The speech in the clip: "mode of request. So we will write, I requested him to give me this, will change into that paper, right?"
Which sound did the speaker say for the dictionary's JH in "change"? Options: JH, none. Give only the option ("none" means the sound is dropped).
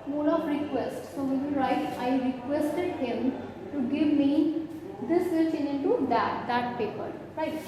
none